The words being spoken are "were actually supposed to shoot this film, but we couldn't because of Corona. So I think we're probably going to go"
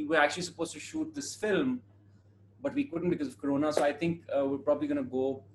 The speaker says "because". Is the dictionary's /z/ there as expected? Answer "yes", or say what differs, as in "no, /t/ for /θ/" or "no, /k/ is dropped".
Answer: yes